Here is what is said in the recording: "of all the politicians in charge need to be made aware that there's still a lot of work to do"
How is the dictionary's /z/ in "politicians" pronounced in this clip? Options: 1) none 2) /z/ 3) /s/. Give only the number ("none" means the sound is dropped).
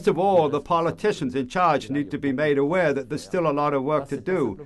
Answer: 2